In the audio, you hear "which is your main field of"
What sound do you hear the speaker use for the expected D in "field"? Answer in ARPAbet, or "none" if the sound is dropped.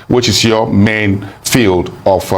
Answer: D